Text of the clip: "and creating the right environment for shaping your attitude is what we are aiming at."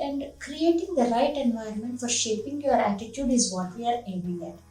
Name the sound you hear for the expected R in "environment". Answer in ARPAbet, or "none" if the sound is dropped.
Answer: none